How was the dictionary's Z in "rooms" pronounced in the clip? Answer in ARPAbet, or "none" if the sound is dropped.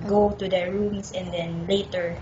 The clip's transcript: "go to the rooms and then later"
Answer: S